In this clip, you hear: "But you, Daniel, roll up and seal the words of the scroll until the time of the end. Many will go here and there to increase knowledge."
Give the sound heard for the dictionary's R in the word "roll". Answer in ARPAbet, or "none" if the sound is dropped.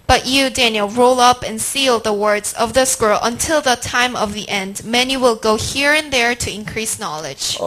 R